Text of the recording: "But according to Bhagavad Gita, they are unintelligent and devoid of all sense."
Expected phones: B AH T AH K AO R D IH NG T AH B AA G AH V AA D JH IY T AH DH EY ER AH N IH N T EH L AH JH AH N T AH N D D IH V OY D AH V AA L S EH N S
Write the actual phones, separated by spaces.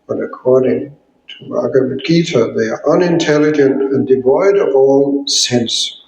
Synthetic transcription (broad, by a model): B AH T AH K AO R D IH NG T AH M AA G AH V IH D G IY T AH DH EY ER AH N IH N T EH L AH JH AH N T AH N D D IH V OY D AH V AA L S EH N S